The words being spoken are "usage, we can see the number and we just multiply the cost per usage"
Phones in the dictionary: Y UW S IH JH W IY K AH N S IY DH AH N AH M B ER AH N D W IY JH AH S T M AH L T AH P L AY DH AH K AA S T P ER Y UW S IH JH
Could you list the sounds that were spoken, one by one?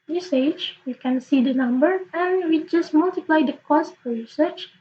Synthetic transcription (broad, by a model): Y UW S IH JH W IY K AH N S IY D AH N AH M B ER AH N W IY JH AH S T M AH L T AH P L AY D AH K AA S T F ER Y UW S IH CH